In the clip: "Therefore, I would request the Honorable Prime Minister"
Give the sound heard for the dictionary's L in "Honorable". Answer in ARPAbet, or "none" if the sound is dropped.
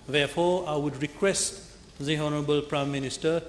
L